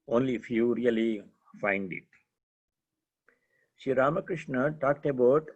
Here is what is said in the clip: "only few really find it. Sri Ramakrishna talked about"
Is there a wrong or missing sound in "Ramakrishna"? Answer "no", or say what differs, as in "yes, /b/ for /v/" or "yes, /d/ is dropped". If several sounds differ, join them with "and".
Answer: no